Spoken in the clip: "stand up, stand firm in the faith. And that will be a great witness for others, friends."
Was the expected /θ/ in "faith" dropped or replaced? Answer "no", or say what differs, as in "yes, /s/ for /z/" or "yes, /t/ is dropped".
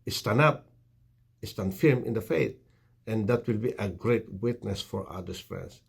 yes, /t/ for /θ/